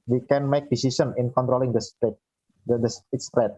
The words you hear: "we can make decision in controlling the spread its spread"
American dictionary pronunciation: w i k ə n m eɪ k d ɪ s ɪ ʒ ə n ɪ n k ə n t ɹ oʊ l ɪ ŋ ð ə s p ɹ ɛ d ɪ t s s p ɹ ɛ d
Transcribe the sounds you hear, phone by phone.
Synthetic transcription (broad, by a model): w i k ə n m eɪ k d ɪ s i s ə n ɪ n k ə n t ɹ oʊ l ɪ ŋ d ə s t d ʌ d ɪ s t s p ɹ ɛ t